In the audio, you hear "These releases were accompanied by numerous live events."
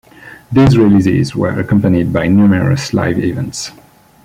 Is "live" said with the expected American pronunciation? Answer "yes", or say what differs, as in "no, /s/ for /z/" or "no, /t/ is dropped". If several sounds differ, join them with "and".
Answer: yes